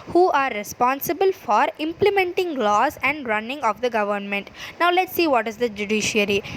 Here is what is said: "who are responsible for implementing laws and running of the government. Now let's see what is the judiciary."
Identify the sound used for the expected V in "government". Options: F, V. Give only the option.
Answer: V